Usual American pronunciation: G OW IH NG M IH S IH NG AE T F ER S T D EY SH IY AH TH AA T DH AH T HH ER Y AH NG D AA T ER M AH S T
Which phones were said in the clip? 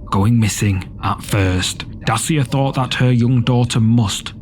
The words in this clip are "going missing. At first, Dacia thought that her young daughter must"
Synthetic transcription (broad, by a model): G OW IH NG M IH S IH NG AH T F ER S T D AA S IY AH TH AA T DH AH T HH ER Y AH NG D AA T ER M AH S T